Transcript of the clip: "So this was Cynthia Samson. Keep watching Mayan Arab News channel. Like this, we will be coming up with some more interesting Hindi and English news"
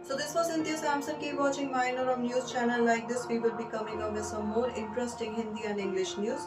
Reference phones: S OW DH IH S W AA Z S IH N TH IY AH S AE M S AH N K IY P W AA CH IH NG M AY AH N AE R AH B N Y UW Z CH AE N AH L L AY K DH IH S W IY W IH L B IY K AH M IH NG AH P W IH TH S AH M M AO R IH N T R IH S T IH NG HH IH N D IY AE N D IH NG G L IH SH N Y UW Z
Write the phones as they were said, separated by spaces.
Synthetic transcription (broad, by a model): S OW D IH S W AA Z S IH N T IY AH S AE M S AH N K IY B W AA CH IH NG M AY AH N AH R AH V N Y UW Z CH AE N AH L L AY K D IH S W IY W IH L B IY K AH M IH NG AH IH S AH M M AO R IH N T R IH S T IH NG HH IH N D IY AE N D IH NG G L IH SH N Y UW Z